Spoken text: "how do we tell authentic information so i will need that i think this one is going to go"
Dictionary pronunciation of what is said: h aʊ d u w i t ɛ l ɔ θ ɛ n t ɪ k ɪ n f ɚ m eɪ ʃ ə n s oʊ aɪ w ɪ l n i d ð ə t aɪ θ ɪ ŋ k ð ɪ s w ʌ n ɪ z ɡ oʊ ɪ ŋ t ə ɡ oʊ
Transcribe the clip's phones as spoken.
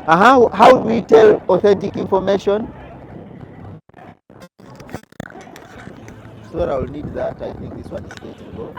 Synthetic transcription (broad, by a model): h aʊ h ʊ w i t ɛ l ɔ θ ɛ n t ɪ k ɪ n f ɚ m eɪ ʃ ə n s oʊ aɪ w ɪ l n i d ð ə t aɪ θ ɪ ŋ k ð ɪ s w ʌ n ɪ z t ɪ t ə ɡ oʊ